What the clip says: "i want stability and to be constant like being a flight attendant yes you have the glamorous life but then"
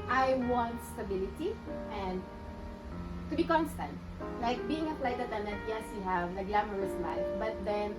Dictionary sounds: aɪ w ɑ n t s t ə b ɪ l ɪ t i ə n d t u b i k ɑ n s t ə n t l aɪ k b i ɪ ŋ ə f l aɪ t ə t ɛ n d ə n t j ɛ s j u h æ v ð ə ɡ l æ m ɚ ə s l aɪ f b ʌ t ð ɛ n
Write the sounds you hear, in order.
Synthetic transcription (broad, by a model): aɪ w ɑ n t s t ə b ɪ l ɪ t i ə n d t u b i k ɑ n s t ə n t l aɪ k b i ɪ ŋ ə p l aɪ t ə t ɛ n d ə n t j ɛ s j u h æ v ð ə ɡ l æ m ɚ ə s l aɪ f b ʌ t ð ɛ n